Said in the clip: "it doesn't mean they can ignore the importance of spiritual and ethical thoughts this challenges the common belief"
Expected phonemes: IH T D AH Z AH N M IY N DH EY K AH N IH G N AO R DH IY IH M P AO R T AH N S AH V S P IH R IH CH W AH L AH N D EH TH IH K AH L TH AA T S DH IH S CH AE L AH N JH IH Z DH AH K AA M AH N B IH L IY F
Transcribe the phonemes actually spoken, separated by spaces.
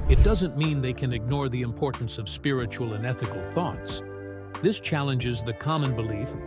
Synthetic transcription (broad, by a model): IH T D AH Z AH N M IY N DH EY K AH N IH G N AO R DH IY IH M P AO R T N S AH V S P IH R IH CH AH L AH N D EH TH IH K L TH AA T S DH IH S CH AE L AH N JH IH Z DH AH K AA M AH N B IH L IY F